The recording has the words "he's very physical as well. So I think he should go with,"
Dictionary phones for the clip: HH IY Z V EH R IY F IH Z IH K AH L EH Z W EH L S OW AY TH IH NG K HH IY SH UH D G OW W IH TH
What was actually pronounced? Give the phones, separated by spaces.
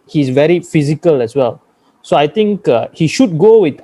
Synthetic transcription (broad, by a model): HH IY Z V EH R IY F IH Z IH K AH L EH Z W EH L S OW AY T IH NG K HH IY SH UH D G OW W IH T